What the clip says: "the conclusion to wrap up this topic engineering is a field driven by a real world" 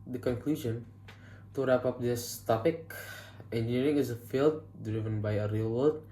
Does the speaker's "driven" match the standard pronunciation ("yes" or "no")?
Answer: yes